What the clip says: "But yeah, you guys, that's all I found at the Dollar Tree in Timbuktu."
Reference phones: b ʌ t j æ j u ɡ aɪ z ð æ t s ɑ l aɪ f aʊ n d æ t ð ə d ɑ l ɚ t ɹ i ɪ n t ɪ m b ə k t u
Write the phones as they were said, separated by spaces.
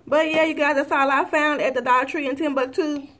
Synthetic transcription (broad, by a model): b ʌ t j æ j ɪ ɡ aɪ z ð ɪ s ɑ l aɪ f aʊ n d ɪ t ð ə d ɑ ɪ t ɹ i ɪ n t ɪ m b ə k t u